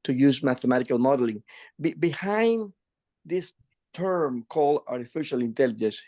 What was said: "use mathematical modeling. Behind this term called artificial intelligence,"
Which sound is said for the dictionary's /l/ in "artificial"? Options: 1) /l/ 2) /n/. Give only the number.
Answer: 1